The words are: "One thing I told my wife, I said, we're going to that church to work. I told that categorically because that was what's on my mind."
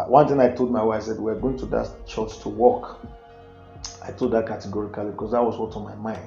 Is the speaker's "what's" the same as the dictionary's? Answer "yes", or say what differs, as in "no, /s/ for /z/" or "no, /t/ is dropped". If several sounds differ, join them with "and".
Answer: no, /s/ is dropped